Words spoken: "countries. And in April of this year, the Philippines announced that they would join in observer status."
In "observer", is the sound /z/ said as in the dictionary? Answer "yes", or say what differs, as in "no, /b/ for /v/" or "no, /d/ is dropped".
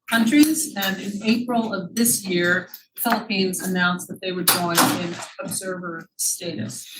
yes